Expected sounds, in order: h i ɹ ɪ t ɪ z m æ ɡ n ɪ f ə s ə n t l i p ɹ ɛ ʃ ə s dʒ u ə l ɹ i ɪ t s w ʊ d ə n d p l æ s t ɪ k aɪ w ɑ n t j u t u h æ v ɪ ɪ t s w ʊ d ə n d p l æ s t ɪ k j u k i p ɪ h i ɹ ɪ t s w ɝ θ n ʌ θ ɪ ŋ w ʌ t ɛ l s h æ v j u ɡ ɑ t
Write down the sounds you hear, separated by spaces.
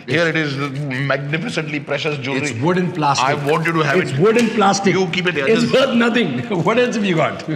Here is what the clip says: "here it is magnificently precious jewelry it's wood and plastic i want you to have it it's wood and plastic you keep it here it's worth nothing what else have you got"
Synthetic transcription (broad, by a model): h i ɹ ɪ t ɪ z m æ ɡ n ɪ f ə s ə n t l i p ɹ ɛ ʃ ə s dʒ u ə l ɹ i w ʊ d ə n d p l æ s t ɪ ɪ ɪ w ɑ n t j u t u h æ ɪ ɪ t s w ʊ d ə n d p l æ s t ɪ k j u k i p ɪ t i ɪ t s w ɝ t n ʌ t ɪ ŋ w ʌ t ɛ l s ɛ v j u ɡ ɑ t